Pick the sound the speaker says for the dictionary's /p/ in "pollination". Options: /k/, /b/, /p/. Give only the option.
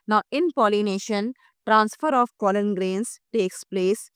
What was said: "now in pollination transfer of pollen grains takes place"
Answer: /p/